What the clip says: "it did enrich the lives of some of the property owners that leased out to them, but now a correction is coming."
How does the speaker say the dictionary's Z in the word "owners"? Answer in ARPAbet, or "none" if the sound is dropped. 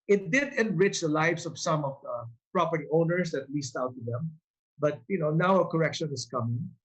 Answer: S